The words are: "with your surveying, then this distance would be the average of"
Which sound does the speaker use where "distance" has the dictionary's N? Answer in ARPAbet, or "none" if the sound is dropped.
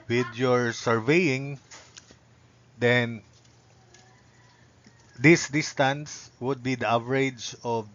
N